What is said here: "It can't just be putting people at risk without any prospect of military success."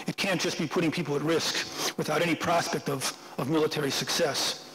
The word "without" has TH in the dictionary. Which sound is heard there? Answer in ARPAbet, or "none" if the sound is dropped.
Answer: TH